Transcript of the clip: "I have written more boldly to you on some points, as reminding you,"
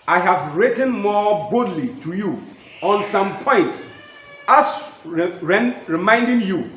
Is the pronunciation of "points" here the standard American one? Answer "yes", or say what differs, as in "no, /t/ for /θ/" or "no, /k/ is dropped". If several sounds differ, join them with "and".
yes